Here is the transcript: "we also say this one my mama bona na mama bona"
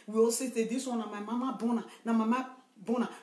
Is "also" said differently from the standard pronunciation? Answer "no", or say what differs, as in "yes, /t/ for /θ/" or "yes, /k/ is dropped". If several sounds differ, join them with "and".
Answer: yes, /l/ is dropped